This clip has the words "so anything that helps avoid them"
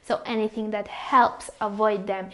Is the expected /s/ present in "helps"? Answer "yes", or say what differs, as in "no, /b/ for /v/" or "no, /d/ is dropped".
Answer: yes